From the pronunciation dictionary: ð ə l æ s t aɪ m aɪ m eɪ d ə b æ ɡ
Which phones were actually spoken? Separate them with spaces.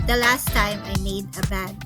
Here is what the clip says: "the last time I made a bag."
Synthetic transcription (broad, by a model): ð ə l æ s t aɪ m aɪ m eɪ d ə b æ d